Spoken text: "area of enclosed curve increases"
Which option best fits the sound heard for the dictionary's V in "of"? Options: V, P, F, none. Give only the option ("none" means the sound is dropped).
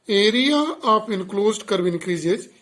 P